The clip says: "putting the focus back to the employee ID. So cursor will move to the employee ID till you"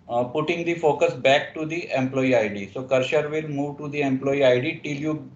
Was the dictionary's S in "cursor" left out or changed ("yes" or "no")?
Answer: yes